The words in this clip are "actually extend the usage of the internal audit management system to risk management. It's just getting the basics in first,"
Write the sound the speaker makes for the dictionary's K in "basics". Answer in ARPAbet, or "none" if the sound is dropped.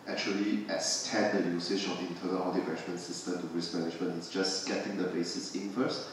none